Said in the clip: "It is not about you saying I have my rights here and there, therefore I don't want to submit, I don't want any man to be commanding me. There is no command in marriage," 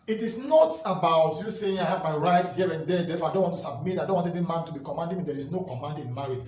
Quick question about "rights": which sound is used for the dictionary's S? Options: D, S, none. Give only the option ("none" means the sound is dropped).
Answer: none